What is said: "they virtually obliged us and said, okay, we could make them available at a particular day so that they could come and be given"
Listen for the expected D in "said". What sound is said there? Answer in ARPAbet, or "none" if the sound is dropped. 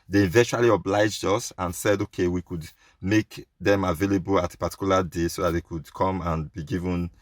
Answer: D